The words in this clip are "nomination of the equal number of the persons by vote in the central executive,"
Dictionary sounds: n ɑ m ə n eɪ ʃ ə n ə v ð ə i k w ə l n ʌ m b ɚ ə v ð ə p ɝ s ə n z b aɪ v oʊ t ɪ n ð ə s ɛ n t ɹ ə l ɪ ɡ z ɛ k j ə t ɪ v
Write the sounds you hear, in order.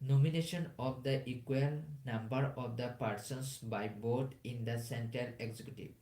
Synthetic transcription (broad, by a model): n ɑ m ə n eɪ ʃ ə n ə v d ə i k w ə l n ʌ m b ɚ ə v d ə p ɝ s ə n s b aɪ b oʊ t ɪ n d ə s ɛ n t ɹ ə l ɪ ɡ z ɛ k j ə t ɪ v